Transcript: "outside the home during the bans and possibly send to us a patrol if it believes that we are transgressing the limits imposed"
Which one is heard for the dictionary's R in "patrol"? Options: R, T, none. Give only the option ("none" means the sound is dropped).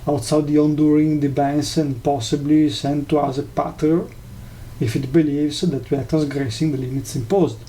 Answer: none